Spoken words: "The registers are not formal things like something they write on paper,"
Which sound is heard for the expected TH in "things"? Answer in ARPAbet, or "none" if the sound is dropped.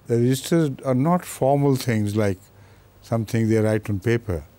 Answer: T